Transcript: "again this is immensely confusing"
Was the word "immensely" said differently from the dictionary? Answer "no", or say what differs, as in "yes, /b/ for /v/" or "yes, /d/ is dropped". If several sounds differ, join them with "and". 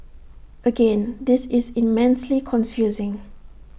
no